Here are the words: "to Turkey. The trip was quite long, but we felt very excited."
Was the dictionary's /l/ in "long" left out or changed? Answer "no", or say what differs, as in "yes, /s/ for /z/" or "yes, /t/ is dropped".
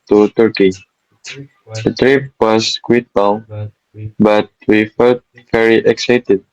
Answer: yes, /n/ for /l/